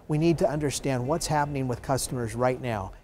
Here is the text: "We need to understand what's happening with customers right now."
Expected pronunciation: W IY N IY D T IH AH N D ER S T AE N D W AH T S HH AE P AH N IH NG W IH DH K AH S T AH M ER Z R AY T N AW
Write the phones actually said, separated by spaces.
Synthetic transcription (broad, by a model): W IY N IY D T IH AH N D ER S T AE N D W AH T S HH AE P AH N IH NG W IH DH K AH S T AH M ER Z R AY T N AW